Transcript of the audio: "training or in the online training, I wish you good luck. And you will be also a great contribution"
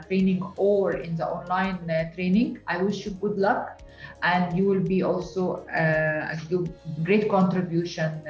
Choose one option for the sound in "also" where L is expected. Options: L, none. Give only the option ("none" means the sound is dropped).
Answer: L